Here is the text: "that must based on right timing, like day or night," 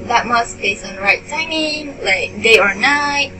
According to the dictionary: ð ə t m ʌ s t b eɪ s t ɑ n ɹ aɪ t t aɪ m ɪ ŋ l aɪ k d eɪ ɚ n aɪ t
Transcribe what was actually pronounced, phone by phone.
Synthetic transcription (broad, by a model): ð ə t m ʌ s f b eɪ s ɑ n ɹ aɪ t t aɪ m ɪ ŋ l aɪ k d eɪ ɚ n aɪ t